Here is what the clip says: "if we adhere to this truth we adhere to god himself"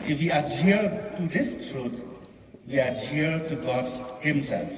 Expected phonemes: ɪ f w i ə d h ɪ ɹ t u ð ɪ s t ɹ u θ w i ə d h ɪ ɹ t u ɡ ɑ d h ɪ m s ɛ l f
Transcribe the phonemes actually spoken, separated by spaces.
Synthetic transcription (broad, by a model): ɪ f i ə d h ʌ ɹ t u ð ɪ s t ɹ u t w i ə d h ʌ ɹ t u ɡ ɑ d h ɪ m s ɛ l f